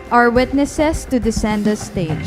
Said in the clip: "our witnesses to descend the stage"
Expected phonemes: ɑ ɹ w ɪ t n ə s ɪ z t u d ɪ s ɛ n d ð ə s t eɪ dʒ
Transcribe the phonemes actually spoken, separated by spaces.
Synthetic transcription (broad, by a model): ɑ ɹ w ɪ t n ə s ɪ s t u d ɪ s ɛ n d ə s t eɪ